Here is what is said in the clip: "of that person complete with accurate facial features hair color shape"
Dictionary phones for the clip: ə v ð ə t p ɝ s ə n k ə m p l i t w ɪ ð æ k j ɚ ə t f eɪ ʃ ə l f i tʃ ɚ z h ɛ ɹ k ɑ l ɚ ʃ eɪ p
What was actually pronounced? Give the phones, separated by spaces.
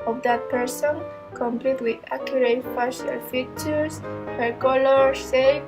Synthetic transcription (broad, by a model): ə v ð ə t p ɝ s ə n k ə m p l i t w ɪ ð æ k j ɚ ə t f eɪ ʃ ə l f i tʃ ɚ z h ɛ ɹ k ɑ l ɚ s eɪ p